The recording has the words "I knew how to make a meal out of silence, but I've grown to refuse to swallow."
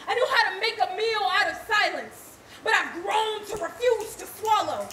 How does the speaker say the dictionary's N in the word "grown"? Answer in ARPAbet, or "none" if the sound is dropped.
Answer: N